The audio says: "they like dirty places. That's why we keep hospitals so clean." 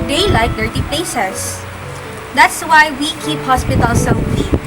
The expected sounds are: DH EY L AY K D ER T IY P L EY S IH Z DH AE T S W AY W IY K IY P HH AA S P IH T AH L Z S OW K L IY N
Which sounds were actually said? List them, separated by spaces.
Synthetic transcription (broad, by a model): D EY L AY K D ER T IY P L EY S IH S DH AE T S W AY W IY K IY P HH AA S P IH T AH L S OW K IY